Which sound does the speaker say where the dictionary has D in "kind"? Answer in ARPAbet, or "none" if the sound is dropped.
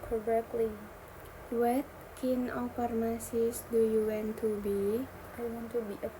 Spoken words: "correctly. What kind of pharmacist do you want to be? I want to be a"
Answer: none